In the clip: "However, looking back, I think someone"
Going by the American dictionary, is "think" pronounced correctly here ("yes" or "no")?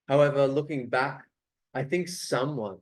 yes